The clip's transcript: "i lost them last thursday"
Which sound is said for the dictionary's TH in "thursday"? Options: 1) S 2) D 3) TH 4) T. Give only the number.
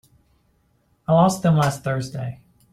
3